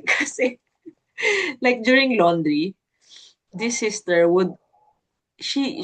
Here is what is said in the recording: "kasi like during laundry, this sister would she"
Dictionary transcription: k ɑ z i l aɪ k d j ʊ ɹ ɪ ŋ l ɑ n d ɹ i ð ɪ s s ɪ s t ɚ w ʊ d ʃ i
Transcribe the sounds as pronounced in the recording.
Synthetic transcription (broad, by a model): k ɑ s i l aɪ k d j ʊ ɹ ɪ ŋ l ɑ n d ɹ i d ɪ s s ɪ s t ɚ w ʊ d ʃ i